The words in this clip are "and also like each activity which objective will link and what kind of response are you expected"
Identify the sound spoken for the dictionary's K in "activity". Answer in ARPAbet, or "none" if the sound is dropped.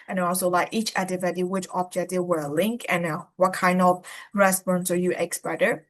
none